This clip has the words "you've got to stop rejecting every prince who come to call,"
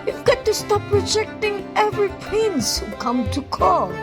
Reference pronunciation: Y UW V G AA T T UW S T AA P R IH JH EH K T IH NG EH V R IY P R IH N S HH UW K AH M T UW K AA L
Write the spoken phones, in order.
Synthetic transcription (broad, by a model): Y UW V G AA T T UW S T AA P R IH JH EH K T IH NG EH V R IY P IH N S HH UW K AH M T UW K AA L